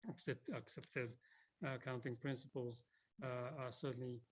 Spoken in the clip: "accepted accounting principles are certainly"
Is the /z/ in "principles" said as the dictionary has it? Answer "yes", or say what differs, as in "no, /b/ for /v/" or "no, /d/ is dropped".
yes